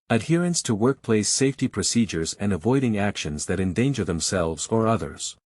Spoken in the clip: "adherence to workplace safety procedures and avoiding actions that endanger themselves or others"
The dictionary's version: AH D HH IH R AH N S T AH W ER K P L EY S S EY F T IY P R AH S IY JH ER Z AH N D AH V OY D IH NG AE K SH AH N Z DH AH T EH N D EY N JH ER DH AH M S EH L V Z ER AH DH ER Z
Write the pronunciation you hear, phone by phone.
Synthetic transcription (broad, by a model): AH D HH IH R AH N S T AH W ER K P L EY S S EY F T IY P R AH S IY JH ER Z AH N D AH V OY D IH NG AE K SH AH N Z DH AH T EH N D EY N JH ER DH AH M S EH L V Z ER AH DH ER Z